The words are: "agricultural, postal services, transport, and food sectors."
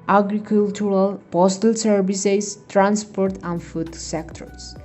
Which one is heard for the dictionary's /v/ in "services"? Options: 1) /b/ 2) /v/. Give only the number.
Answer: 1